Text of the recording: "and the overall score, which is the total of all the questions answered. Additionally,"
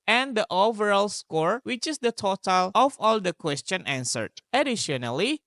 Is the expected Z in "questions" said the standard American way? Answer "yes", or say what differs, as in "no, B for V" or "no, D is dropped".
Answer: no, Z is dropped